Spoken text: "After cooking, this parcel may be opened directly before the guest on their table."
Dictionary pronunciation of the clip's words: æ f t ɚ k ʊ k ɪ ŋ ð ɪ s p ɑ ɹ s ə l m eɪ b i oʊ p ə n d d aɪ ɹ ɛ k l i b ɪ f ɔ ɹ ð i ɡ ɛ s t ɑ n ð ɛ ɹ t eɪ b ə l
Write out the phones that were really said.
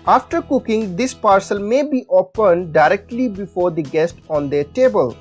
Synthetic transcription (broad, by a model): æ f t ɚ k ʊ k ɪ ŋ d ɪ s p ɑ ɹ s ə l m eɪ b i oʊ p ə n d d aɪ ɹ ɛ k l i b ɪ f ɔ ɹ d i ɡ ɛ s t ɑ n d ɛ ɹ t eɪ b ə l